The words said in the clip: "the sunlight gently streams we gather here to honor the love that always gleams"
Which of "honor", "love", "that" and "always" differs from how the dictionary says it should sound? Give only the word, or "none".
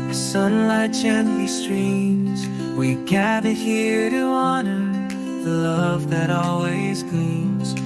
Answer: none